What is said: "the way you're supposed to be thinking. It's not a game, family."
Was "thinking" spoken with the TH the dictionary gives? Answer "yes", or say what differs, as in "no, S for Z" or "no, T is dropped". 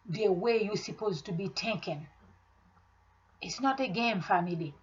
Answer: no, T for TH